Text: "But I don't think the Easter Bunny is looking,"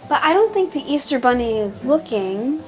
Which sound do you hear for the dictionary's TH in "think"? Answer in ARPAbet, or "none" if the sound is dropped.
TH